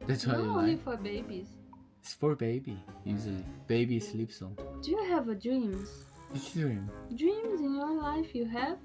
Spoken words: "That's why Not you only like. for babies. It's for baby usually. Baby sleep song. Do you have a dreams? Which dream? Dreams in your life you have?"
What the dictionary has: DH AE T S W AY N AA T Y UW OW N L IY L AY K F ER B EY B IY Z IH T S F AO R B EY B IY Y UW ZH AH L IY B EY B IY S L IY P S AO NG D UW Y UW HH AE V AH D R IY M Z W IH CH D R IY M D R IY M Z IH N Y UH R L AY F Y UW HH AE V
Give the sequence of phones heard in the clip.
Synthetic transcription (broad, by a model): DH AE T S W AY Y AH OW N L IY F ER B EY B IY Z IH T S F AO R B EY B IY Y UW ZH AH L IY B EY B IY S L IY P S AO D UW Y UW HH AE V AH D R IY M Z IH S D R IY M D R IY M Z IH N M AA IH L AY F Y UW HH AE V